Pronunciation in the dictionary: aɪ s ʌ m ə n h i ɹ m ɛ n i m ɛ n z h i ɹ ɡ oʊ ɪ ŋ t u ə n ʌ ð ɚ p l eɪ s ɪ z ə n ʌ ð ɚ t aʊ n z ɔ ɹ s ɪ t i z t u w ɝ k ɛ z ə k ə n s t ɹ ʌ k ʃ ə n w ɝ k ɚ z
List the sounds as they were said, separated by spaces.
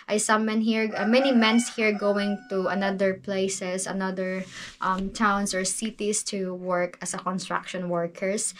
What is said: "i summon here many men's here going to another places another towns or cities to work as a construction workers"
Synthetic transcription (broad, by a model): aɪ s ʌ m ə n h i ɹ m ɛ n i m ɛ n s h i ɹ ɡ oʊ ɪ ŋ t u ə n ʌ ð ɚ p l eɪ s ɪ s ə n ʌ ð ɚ t aʊ n s ɔ ɹ s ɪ t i s t u w ɝ k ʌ s ə k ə n s t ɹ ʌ k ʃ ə n w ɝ k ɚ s